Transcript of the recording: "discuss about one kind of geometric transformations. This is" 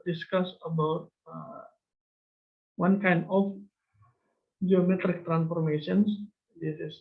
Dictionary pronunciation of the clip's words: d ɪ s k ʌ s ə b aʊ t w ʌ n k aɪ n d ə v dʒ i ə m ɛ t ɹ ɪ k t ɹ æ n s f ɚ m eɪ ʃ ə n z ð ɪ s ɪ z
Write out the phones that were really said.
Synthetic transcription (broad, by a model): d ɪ s k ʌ s ə b aʊ t w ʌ n k aɪ n d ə f dʒ i ə m ɛ t ɹ ɪ k t ɹ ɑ n s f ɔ m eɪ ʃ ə n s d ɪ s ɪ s